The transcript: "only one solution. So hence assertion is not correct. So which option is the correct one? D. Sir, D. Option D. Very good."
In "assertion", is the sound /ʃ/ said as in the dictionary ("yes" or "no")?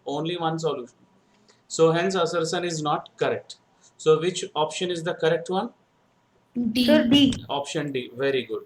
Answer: no